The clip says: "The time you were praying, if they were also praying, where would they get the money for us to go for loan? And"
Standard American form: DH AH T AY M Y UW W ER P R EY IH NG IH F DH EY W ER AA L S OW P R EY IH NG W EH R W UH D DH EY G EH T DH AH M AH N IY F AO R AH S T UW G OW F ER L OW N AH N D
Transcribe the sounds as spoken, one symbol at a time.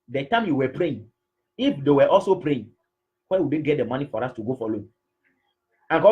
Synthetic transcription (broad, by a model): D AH T AY M Y UW W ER P R EY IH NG IH F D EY W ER AA L S OW P R EY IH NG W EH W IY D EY G EH T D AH M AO N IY F AO R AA S T UW G OW F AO L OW AH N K